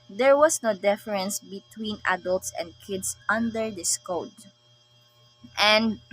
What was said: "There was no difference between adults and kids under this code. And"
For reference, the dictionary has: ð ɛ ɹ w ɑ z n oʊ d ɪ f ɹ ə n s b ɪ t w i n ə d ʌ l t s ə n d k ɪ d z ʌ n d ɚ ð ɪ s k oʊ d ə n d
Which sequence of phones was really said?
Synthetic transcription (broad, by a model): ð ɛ ɹ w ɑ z n oʊ d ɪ f ɹ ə n s b ɪ t w i n ə d ʌ l t s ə n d k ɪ d s ʌ n d ɚ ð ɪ s k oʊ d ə n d